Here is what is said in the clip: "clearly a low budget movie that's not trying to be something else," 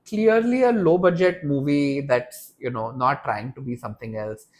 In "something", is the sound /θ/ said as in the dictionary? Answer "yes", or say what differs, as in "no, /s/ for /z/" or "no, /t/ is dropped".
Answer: no, /t/ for /θ/